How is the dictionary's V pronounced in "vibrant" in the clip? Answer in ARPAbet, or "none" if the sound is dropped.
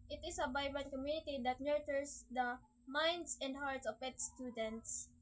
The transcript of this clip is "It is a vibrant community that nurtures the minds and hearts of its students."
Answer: B